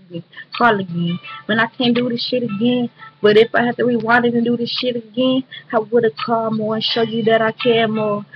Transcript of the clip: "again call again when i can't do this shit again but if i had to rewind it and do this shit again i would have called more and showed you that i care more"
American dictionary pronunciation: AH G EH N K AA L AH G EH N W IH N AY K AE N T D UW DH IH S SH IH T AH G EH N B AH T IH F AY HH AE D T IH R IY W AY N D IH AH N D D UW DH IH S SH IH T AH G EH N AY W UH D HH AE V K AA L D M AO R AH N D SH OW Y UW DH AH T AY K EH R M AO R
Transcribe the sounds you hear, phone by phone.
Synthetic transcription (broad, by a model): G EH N K AA L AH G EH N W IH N AY K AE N D UW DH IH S SH IH T AH G EH N B AH T IH F AY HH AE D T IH W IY W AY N IH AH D D UW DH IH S SH IH T AH G EH N AY W UH D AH K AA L M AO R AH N SH OW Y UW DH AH T AY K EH M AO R